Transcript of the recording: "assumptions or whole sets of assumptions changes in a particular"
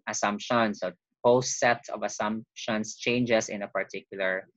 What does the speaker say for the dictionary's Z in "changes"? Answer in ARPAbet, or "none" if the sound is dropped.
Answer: S